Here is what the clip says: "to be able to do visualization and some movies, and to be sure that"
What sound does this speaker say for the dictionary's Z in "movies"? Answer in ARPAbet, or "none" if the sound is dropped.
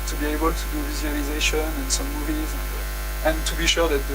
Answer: Z